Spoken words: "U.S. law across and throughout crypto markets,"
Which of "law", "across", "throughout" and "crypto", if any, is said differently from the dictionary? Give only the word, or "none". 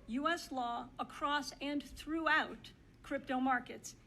none